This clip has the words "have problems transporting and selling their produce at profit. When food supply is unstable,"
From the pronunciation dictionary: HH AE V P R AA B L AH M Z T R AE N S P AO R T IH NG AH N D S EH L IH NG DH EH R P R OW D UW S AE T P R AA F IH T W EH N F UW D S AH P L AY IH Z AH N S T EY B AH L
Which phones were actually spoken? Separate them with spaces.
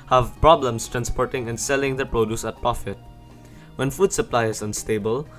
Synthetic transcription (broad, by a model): HH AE V P R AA B L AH M S T R AE N S P AO R T IH NG AH N D S EH L IH NG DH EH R P R OW D UW S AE T P R AA F IH T W EH N F UW D S AH P L AY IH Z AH N S T EY B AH L